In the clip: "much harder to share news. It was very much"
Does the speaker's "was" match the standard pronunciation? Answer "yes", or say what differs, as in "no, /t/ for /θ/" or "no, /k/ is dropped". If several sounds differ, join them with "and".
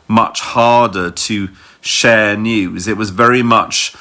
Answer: yes